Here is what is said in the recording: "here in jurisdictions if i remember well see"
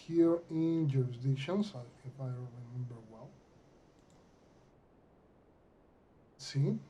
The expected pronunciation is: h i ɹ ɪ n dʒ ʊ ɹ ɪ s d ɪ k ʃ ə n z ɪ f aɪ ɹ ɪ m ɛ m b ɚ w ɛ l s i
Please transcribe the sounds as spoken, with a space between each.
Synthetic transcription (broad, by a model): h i ɹ ɪ n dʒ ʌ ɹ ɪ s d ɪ ʃ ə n s ɪ f aɪ ɹ ɪ m ɛ m b ɚ w ɛ l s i